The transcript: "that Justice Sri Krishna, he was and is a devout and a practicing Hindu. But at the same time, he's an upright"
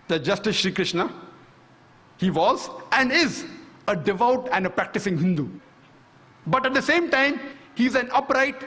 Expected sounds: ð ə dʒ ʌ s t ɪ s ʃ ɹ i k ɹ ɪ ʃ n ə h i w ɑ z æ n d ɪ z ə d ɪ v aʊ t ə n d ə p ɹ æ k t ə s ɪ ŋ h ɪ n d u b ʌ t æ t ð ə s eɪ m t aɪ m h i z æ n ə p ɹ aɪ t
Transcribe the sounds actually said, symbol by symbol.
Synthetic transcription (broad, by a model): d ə dʒ ʌ s t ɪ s ʃ ɹ i k ɹ ɪ ʃ n ə h i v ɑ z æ n d ɪ z ə d ɪ v aʊ t ə n d ə p ɹ æ k t ə s ɪ ŋ h ɪ n d u b ʌ t æ t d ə s eɪ m t aɪ m h i z æ n ə p ɹ aɪ t